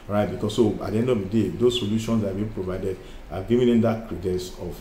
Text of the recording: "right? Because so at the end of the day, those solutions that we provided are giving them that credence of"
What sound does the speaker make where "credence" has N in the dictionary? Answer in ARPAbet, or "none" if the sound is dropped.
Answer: none